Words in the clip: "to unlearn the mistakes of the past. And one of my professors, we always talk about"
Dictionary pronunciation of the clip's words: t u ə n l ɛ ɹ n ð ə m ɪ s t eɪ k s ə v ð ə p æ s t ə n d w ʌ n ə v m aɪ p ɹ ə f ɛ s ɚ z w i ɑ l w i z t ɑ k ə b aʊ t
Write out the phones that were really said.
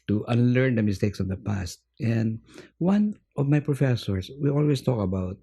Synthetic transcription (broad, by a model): t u ə n l ɛ ɹ n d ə m ɪ s t eɪ k s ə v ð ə p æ s t ə n d w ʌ n ə v m aɪ p ɹ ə f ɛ s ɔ s w i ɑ l w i s t ɑ k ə b aʊ t